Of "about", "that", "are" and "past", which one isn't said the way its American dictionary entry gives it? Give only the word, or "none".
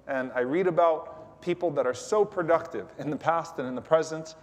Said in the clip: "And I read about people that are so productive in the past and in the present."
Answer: none